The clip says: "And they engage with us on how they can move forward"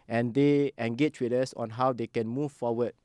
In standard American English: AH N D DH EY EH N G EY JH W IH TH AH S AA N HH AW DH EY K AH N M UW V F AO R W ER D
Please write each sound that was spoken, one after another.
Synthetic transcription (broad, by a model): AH N D EY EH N G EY CH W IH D AH S AA N HH AW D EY K AH N M UW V F AO W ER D